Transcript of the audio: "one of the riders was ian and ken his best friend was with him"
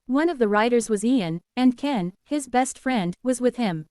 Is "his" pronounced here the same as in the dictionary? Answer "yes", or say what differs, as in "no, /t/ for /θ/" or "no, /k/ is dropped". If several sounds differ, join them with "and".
yes